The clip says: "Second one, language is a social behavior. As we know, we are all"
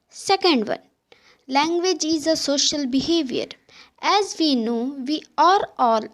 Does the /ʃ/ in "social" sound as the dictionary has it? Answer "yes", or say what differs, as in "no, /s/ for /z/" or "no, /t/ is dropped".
yes